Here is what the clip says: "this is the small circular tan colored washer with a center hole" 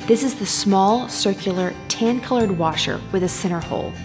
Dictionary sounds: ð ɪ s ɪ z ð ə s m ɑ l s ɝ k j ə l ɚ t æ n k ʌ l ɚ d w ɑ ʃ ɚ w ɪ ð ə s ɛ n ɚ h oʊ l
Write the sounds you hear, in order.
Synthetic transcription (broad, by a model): ð ɪ s ɪ z ð ə s m ɑ l s ɝ k j l ɚ t æ n k ʌ l ɚ d w ɑ ʃ ɚ w ɪ ð ə s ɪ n ɚ h oʊ l